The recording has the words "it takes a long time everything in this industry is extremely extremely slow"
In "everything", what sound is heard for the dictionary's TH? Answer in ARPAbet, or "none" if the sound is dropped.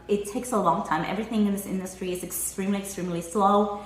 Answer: TH